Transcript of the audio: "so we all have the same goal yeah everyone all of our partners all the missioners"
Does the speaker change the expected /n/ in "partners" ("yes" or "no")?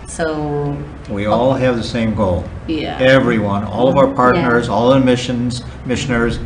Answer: no